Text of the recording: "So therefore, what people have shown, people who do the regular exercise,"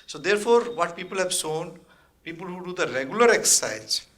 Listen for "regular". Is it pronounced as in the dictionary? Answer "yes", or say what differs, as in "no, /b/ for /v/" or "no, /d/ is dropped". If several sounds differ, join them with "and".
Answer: yes